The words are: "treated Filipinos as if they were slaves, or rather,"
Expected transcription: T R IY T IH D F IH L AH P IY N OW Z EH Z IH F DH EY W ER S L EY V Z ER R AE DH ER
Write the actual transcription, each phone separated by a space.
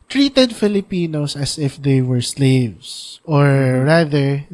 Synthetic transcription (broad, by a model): T R IY T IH D F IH L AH P IY N OW S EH S IH F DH EY W ER S L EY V S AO R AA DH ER